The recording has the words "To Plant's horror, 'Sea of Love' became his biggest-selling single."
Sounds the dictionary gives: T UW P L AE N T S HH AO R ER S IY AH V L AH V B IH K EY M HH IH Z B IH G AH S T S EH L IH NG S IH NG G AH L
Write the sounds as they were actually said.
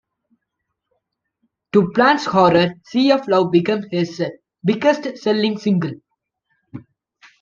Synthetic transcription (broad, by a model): T UW P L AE N T S HH AO R ER S IY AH F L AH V B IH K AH M HH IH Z B IH G AH S T S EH L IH NG S IH NG G AH L